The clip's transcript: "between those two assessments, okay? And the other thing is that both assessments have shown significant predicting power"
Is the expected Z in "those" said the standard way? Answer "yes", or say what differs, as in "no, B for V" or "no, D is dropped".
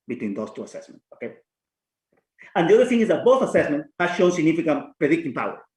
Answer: no, S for Z